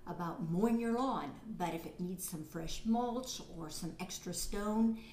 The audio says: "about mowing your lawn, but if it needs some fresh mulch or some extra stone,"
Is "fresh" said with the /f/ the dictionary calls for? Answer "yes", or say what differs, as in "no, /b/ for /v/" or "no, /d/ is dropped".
yes